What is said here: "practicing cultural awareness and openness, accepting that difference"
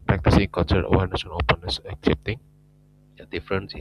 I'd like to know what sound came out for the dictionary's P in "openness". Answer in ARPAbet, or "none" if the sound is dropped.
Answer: P